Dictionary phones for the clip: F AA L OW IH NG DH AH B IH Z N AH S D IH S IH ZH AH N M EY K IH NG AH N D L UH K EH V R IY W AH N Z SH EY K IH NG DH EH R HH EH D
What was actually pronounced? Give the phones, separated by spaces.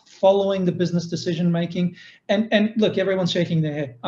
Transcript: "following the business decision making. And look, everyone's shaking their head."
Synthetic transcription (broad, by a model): F AA L OW IH NG DH AH B IH Z N AH S D IH S IH ZH AH N M EY K IH NG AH N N L UH K EH V R IY W AH N Z SH EY K IH NG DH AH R HH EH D